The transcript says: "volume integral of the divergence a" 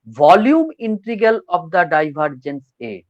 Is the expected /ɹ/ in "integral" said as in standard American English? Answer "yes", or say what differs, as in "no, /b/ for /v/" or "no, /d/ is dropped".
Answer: no, /ɹ/ is dropped